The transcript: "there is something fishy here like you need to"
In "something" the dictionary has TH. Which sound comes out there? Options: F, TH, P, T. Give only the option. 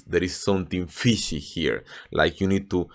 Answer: T